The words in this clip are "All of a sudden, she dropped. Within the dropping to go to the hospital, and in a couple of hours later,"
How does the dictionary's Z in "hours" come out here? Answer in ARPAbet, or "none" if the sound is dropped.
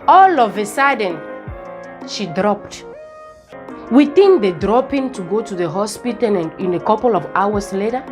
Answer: S